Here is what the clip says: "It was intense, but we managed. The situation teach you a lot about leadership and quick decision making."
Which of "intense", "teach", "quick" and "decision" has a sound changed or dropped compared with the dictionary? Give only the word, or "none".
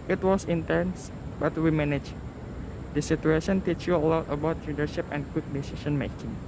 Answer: decision